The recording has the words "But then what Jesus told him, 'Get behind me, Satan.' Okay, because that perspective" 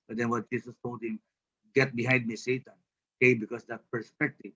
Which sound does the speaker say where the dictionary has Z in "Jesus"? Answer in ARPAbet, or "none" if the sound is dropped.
S